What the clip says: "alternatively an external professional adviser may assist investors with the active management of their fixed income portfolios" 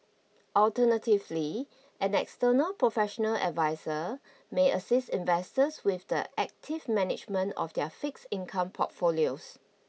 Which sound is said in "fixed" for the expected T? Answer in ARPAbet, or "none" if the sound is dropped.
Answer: none